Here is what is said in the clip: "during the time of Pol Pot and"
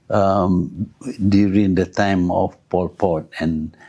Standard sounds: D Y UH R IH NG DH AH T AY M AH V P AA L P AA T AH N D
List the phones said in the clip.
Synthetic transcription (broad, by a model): D Y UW R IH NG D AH T AY M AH F P AA L P AA T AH N